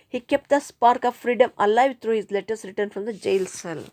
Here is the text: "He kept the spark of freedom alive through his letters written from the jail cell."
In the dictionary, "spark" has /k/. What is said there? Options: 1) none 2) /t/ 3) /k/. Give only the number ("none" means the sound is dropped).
3